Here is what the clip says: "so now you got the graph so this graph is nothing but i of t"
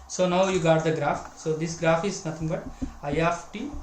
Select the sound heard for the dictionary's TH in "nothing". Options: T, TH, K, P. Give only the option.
T